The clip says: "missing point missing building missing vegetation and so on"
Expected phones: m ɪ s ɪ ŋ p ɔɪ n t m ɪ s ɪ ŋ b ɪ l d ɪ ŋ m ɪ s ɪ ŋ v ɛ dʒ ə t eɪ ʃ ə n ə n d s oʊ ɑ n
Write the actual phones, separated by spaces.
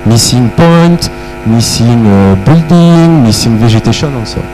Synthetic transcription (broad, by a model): m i s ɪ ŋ p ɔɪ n t m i s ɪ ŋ b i l d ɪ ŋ m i s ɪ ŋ v ɛ ʒ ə t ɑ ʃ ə n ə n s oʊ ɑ